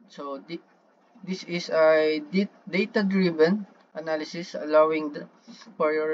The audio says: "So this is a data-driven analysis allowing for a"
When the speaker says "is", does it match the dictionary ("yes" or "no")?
no